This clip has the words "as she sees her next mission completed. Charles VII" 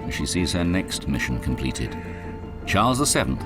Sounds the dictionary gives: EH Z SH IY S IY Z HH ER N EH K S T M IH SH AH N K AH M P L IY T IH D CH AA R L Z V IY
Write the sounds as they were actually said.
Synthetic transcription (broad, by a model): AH SH IY S IY Z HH ER N EH K S T M IH SH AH N K AH M P L IY T IH D CH AA R L Z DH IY